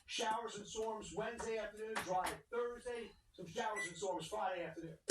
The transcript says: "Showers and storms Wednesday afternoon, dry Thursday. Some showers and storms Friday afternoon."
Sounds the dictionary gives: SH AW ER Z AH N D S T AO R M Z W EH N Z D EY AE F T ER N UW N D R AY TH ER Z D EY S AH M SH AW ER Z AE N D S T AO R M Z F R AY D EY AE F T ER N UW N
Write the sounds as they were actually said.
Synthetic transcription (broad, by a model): SH AW ER Z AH N S AO R M Z W EH N Z D EY AE F T ER N UW N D R AY TH ER Z D EY S AH M SH AW ER Z N S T AO R M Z F R AY D EY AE F T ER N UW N